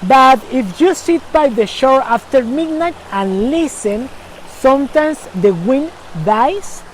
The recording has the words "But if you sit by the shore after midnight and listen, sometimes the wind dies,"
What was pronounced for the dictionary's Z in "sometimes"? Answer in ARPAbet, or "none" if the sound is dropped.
S